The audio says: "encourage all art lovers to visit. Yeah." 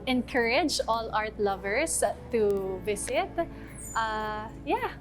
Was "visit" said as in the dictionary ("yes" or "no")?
no